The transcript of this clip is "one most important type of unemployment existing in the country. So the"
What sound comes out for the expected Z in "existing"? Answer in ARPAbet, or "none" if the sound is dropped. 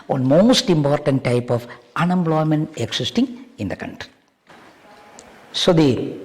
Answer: S